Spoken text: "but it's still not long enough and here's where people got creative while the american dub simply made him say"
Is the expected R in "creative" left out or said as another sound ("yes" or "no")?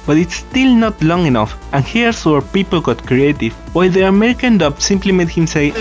no